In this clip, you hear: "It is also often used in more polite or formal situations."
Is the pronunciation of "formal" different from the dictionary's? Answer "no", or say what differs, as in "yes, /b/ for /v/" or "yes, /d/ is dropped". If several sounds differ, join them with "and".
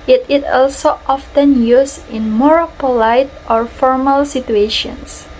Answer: no